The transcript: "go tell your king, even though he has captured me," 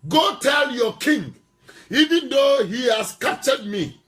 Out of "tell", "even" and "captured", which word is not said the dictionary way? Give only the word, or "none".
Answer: captured